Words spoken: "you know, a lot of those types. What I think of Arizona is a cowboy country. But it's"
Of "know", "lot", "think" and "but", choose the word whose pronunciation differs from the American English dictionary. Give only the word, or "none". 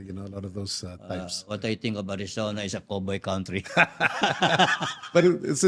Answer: think